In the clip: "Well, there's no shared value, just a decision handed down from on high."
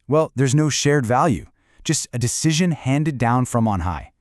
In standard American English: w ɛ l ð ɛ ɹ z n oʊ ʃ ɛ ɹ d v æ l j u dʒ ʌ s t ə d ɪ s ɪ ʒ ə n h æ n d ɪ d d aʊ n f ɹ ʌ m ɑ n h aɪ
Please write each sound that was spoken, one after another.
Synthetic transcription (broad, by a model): w ɛ l ð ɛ ɹ z n oʊ ʃ ɛ ɹ d v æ l j u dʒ ʌ s t ə d ɪ s ɪ ʒ ə n h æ n d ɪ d d aʊ n f ɹ ʌ m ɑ n h aɪ